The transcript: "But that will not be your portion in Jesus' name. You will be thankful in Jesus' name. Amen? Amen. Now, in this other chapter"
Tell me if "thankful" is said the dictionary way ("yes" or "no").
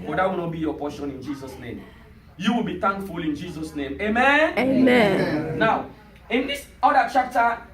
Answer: no